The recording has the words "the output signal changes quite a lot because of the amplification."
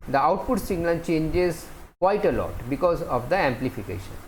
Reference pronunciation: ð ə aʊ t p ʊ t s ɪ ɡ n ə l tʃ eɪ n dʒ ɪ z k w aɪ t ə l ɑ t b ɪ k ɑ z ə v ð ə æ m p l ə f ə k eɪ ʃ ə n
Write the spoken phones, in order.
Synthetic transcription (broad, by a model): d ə aʊ t p ʊ t s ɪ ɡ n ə n tʃ eɪ n dʒ ɪ z k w aɪ t ə l ɑ t b ɪ k ɑ z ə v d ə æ m p l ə f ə k eɪ ʃ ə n